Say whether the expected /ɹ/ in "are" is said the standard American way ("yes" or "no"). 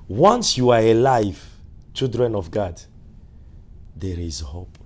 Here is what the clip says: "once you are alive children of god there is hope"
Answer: yes